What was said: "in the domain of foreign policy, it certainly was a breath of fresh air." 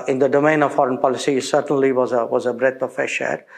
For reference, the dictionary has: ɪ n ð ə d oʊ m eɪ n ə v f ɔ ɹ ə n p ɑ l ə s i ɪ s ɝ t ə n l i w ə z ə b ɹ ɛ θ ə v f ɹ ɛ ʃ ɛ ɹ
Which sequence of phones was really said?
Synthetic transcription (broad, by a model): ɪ n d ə d oʊ m eɪ n ə v f ɔ ɹ ə n p ɑ l ə s i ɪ s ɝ t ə n l i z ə z ə b ɹ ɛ t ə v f ɛ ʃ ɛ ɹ